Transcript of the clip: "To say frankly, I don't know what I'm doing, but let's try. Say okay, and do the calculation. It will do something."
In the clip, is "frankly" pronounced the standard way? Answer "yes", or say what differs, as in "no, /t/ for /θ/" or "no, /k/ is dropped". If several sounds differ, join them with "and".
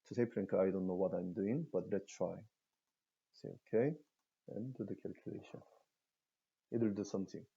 no, /p/ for /f/ and /l/ is dropped